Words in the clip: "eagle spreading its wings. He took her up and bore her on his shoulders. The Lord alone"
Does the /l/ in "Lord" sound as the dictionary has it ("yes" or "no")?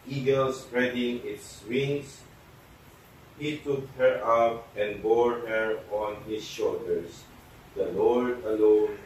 yes